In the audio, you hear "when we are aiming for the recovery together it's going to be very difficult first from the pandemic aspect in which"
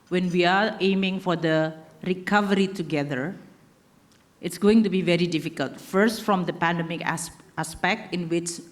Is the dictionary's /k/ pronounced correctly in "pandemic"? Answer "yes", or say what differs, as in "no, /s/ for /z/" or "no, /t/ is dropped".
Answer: yes